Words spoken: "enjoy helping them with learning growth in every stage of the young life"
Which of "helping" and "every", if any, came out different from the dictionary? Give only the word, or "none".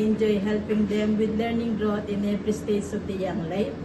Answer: every